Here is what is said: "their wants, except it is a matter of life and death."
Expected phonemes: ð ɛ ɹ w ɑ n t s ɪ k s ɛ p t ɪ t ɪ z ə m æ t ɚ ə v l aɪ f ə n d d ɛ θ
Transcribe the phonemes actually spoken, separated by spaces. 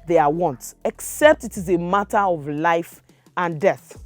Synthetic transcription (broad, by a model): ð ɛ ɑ w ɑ n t ɪ k s ɛ p t ɪ t ɪ z ə m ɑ t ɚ ə v l aɪ f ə n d d ɛ θ